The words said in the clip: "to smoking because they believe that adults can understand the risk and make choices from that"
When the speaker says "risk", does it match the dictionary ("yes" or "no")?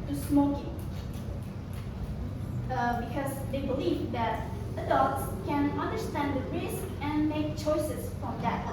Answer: yes